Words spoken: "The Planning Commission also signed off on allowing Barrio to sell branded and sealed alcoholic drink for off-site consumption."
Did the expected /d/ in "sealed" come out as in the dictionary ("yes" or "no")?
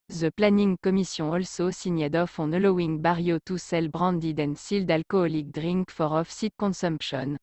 yes